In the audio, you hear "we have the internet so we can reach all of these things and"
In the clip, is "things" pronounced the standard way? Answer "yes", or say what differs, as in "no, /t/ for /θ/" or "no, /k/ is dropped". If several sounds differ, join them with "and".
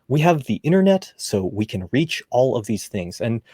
yes